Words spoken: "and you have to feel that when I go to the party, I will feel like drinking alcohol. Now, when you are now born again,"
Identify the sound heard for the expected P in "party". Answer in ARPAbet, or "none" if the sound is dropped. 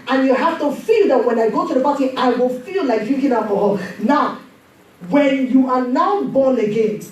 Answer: B